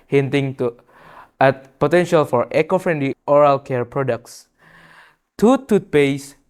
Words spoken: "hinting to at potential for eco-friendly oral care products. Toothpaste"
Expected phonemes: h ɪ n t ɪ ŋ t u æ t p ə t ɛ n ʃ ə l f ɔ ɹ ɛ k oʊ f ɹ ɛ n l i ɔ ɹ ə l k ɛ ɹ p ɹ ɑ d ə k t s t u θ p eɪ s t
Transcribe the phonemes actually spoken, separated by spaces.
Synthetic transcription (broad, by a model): h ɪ n t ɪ ŋ t u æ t p ə t ɛ n ʃ ə l f ɔ ɹ ɛ k oʊ f ɹ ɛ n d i ɔ ɹ ə l k ɛ ɹ p ɹ ɑ d ə k t s t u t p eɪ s